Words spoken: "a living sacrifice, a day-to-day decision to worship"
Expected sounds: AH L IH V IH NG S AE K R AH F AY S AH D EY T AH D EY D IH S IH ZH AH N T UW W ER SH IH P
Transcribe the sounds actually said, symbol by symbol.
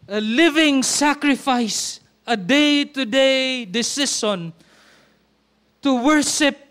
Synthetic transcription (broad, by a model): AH L IH V IH NG S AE K R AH F AY S AH D EY T AH D EY D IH S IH S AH N T UW W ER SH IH P